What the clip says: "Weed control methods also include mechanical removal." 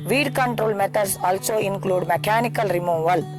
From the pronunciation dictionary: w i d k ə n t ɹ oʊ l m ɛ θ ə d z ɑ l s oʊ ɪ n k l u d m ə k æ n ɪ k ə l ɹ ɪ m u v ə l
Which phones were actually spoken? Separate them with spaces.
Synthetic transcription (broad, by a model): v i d k ə n t ɹ oʊ l m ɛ t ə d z ɑ l s oʊ ɪ n k l u d m ə k æ n ɪ k ə l ɹ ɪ m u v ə l